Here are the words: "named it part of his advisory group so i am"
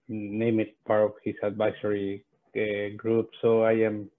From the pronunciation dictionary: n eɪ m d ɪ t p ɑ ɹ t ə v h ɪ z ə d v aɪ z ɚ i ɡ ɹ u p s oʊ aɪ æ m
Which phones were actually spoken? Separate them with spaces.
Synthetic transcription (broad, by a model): n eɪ m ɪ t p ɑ ɹ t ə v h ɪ s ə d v aɪ s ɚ i ɡ ɹ u p s oʊ aɪ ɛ m